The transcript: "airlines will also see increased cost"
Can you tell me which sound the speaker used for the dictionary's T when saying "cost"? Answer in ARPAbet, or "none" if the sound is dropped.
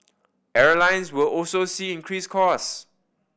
none